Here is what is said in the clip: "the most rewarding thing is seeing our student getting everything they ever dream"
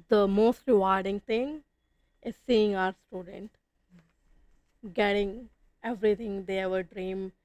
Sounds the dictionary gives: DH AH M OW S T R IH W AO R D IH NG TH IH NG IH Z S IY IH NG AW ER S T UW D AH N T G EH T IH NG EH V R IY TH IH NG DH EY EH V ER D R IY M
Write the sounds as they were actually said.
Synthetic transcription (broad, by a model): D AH M OW S T R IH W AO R D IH NG T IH NG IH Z S IY IH NG AW ER S T UW D AH N T G EH T IH NG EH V R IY T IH NG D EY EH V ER D R IY M